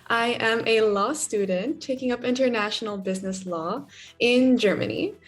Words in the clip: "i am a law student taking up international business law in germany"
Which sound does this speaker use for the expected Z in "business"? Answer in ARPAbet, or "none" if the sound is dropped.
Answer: Z